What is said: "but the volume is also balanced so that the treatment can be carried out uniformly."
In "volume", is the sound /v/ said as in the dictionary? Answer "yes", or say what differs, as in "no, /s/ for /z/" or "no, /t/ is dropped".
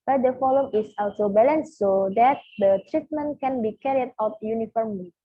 no, /f/ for /v/